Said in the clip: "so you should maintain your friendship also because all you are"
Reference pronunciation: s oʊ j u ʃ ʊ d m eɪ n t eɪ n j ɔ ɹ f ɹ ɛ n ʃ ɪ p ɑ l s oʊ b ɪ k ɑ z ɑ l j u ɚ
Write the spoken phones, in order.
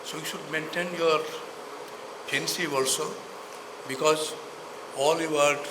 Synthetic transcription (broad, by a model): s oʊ j u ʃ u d m eɪ n t eɪ n j ɔ ɹ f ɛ n s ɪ ɑ l s oʊ b ɪ k ɑ z ɑ l j u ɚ